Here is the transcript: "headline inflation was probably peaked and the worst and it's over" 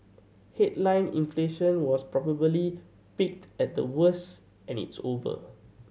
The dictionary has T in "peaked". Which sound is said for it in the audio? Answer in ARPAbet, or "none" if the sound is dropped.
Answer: T